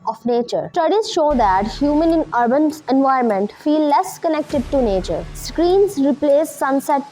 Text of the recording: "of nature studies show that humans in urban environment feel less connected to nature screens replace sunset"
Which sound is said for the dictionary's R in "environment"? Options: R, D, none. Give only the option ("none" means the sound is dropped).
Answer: none